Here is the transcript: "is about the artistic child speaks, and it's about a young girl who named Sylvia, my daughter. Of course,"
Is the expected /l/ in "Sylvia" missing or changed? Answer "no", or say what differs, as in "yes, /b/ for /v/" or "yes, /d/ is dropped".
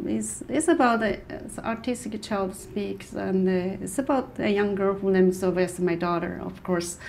yes, /l/ is dropped